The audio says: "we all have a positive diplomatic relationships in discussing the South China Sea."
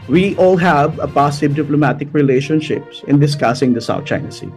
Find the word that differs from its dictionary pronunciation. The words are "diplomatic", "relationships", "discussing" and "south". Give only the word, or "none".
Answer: south